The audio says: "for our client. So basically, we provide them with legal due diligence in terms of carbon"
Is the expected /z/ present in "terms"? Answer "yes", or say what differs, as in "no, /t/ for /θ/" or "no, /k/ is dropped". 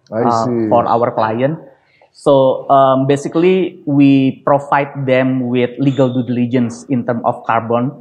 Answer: no, /z/ is dropped